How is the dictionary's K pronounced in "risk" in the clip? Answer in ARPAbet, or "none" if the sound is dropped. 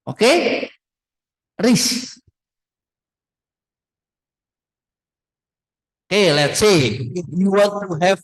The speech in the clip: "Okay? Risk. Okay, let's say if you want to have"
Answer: none